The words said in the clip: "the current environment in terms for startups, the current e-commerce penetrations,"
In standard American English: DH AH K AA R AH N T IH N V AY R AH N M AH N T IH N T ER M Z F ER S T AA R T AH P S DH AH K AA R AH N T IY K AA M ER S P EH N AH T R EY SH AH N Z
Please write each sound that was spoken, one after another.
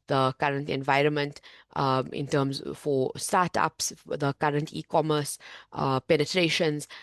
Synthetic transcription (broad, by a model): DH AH K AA R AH N T IH N V AY R AH N M AH N T IH N T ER M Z F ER S T AA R T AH P S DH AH K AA R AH N T IY K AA M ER S P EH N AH T R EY SH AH N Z